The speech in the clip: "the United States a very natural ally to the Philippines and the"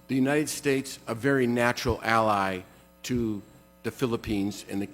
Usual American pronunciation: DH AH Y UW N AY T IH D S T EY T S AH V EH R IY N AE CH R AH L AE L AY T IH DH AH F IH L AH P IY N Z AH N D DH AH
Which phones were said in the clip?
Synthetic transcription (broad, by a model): DH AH Y UW N AY T IH D S T EY T S AH V EH R IY N AE CH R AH L AE L AY T IH DH AH F IH L AH P IY N Z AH N DH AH